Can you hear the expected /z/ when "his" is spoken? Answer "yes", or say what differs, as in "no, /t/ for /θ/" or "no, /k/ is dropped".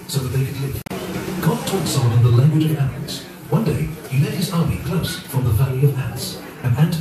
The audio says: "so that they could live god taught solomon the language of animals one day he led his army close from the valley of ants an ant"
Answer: yes